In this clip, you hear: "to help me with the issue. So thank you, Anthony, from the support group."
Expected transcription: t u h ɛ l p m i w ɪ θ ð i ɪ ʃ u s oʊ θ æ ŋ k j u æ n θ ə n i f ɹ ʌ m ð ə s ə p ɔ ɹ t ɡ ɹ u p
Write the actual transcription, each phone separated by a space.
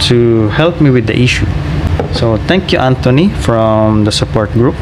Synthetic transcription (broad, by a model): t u h ɛ l p m i w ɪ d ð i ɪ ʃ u s oʊ t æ ŋ k j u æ n t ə n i f ɹ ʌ m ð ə s ə p ɔ ɹ t ɡ ɹ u p